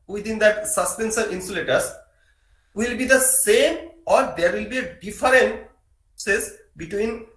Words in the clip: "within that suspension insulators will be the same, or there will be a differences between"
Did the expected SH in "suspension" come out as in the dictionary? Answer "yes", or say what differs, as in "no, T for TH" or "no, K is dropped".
no, S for SH